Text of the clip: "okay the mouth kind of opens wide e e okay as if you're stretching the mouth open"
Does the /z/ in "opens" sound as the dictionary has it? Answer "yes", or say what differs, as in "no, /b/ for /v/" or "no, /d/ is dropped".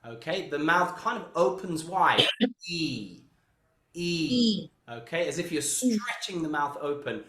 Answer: yes